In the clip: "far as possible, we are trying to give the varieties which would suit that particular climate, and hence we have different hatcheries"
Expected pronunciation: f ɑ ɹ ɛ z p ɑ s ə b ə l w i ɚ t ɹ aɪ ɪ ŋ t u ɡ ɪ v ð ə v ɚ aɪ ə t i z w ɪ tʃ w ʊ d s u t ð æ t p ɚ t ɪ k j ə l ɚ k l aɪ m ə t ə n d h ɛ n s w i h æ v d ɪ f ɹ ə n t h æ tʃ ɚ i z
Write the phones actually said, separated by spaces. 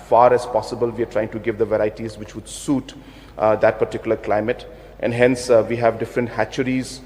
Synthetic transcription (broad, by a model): f ɑ ɹ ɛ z p ɑ s ə b ə l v i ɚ t ɹ aɪ ɪ ŋ t u ɡ ɪ v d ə v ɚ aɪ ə t i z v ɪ tʃ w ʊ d s u t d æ t p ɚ t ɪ k j l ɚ k l aɪ m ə t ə n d h ɛ n s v i h æ v d ɪ f ɹ ə n t h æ tʃ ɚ i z